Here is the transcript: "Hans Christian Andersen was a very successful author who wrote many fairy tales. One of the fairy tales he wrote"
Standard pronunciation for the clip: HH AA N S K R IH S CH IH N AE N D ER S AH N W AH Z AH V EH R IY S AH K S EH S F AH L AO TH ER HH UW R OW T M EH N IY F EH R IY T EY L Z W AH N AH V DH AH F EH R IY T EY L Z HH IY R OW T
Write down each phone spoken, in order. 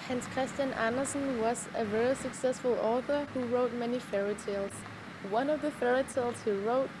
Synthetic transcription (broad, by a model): HH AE N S K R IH S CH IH N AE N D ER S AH N W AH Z AH V EH R IY S AH K S EH S F AH L AO TH ER HH UW R OW T M EH N IY F EH R IY T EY L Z W AH N AH V DH AH F EH R IY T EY L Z HH IY R OW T